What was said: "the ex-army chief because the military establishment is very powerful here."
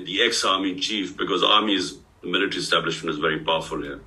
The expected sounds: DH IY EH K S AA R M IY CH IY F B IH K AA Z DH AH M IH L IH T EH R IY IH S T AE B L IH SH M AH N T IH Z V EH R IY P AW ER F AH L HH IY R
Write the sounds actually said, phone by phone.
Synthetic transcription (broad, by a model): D IY EH K S AA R M IY CH IY F B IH K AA Z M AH M IH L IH T R IY IH S T AE B L IH SH M AH N T IH Z V EH R IY P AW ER F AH L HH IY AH